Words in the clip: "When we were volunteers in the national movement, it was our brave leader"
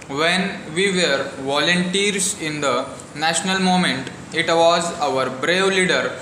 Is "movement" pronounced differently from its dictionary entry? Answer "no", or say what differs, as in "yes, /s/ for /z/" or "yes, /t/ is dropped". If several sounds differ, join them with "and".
yes, /v/ is dropped